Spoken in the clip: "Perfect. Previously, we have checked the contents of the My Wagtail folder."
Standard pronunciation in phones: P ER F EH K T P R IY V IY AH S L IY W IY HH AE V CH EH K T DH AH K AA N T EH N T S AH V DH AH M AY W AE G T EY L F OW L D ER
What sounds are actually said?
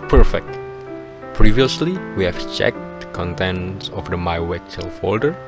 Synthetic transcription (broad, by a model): P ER F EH K T P R IY V IY AH S L IY W IY HH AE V CH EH K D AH K AA N T EH N T S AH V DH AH M AY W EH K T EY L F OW L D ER